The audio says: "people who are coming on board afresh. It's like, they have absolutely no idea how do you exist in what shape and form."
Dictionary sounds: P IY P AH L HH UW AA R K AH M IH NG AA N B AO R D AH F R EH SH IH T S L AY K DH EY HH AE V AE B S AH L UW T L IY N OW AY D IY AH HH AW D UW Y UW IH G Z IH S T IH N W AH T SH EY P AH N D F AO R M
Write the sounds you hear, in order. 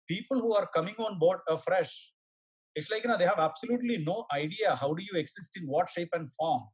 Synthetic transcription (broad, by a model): P IY P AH L HH UW AA R K AH M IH NG AA N B AO R D AH F R EH SH IH T S L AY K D EY HH AE V AE B S AH L UW T L IY N OW AY D IY AH HH AW D UW Y UW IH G S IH S T IH N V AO T SH EY P AH N D F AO R M